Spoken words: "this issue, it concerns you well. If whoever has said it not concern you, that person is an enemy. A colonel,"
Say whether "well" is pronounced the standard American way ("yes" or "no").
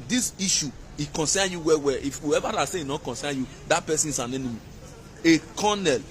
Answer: no